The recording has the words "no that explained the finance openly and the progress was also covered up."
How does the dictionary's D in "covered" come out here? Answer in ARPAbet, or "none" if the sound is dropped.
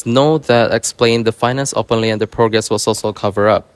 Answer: none